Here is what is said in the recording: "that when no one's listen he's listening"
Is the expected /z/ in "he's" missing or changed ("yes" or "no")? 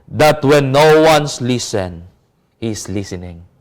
yes